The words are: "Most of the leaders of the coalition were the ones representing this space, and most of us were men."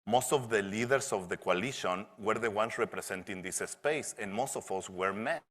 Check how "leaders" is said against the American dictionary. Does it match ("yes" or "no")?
no